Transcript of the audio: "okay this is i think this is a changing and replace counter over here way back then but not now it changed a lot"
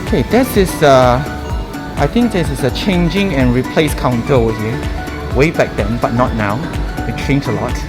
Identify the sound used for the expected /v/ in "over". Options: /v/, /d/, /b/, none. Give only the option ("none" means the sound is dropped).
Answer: none